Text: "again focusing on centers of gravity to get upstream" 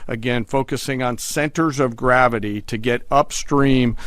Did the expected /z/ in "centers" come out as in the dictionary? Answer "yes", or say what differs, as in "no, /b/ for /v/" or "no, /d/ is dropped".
yes